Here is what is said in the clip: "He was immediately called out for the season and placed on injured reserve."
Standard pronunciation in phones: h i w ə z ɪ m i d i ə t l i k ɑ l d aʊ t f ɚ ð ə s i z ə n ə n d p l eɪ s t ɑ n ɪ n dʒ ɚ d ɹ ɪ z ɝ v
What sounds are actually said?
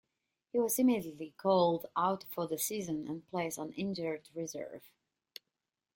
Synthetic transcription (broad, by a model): h i w ə z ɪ m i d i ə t l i k ɑ l d aʊ t f ɚ ð ə s i z ə n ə n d p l eɪ s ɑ n ɪ n dʒ ɚ d ɹ ɪ z ɝ v